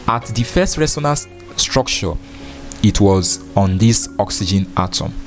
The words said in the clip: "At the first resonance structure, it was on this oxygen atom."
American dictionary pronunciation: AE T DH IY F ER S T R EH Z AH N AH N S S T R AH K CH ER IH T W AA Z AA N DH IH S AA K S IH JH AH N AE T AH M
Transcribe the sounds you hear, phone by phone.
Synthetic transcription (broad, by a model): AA T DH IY F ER S T R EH S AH N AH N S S T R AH K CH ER IH T W AA Z AA N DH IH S AA K S IH JH AH N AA T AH M